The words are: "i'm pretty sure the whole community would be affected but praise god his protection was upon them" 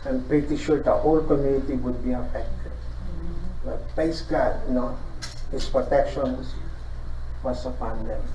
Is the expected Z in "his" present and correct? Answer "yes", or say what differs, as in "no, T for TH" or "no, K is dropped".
no, S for Z